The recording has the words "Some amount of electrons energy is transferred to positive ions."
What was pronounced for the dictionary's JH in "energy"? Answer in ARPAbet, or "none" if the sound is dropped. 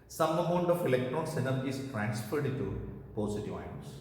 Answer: none